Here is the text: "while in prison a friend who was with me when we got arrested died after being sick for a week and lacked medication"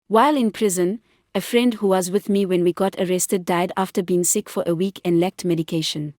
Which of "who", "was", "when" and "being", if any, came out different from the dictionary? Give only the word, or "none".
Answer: none